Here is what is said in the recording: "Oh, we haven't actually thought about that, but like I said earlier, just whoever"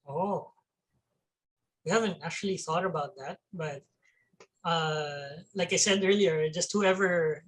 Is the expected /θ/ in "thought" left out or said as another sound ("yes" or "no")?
no